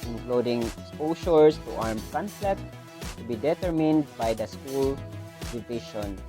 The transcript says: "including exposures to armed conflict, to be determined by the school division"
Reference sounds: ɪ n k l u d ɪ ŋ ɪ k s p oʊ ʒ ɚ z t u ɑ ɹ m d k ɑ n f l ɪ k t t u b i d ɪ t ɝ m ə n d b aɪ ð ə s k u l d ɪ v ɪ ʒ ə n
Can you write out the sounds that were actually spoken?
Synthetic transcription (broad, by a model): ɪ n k l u d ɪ ŋ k s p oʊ s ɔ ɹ t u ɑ ɹ m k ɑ n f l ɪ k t t u b i d ɪ t ɝ m ə n d b aɪ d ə s k u l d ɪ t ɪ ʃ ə n